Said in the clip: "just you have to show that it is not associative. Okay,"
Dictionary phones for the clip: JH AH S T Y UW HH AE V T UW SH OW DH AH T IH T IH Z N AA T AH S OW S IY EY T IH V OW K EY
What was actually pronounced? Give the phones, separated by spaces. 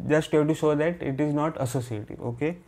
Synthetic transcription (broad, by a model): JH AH S T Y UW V T UW SH OW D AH T IH T IH Z N AA T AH S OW S IY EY T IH OW K EY